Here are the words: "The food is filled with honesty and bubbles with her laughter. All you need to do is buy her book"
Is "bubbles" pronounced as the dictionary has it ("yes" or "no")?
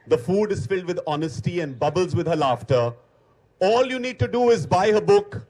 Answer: yes